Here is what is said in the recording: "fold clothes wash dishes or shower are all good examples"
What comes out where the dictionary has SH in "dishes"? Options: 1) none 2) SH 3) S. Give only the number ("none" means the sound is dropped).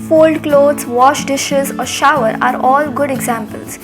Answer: 2